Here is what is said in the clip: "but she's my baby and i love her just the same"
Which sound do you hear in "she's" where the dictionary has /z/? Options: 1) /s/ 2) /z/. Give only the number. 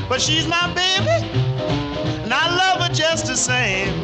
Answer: 2